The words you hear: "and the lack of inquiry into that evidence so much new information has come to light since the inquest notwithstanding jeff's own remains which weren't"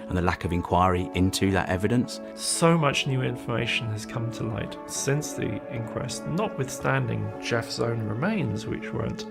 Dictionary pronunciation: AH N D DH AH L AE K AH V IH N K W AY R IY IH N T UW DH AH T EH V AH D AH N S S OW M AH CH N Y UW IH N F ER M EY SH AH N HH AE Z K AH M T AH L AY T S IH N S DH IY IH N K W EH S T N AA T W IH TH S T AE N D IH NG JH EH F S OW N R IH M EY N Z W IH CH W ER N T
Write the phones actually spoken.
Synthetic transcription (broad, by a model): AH N DH AH L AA K AH V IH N K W AY R IY IH N T UW DH AH T EH V AH D AH N S S OW M AH CH N Y UW IH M F ER M EY SH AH N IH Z K AH M T AH L AY T S IH N S DH IY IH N K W EH S T N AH T W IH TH S T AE N D IH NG JH EH F S OW N R IH M EY N Z W IH CH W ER N T